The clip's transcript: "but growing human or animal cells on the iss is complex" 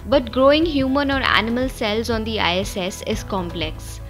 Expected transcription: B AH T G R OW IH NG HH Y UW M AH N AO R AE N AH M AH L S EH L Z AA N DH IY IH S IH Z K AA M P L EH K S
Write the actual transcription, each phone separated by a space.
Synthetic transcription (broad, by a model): B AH T G R OW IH NG HH Y UW M AH N AO R AE N AH M AH L S EH L Z AA N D IY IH S IH Z K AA M P L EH K S